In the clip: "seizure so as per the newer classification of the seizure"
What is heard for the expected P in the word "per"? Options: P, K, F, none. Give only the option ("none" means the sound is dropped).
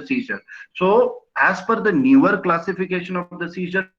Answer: F